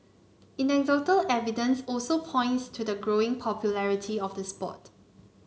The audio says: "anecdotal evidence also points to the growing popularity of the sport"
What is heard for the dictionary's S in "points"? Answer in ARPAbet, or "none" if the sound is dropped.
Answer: S